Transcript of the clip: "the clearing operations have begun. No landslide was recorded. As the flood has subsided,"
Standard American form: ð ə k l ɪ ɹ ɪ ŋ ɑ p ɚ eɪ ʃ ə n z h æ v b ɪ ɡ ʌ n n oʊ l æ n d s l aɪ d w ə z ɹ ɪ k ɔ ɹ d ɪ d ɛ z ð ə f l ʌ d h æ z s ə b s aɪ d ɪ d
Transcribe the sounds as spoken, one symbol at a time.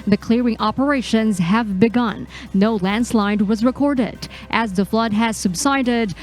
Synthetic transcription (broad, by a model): ð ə k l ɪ ɹ ɪ ŋ ɑ p ɚ eɪ ʃ ə n z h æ v b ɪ ɡ ʌ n n oʊ l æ n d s l aɪ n w ə z ɹ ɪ k ɔ ɹ d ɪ d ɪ z ð ə f l ʌ d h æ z s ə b s aɪ d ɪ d